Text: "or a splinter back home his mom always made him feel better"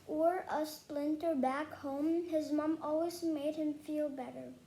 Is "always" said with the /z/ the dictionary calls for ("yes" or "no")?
yes